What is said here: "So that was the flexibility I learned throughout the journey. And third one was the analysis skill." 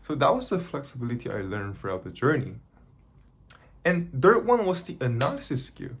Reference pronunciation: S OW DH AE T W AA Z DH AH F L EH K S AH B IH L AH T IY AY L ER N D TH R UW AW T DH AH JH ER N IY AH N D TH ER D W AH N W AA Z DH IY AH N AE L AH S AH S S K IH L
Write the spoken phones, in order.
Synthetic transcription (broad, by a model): S OW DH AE T W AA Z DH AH F L EH K S AH B IH L AH T IY AY L ER N D F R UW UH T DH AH JH ER N IY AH N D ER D W AH N W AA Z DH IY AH N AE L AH S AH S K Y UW